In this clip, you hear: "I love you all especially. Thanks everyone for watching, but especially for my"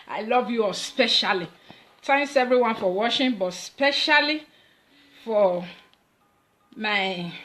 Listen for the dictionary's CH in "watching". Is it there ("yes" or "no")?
no